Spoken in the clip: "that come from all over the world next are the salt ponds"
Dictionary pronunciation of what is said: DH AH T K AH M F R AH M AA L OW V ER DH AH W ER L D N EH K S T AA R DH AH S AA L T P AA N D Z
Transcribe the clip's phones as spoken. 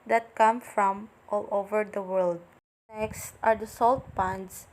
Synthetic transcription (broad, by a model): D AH T K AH M F R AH M AA L OW V ER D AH W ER L D N EH K S T AA R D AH S AA L T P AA N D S